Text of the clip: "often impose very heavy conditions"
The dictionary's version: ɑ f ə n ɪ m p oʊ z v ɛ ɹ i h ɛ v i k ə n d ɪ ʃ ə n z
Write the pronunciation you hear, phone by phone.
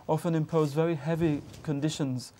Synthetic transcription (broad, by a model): ɑ f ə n ɪ m p oʊ z v ɛ ɹ i h ɛ v i k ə n d ɪ ʃ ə n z